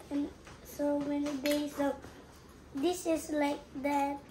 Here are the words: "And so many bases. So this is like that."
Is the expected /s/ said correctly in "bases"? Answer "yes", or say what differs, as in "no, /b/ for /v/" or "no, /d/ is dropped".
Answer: no, /s/ is dropped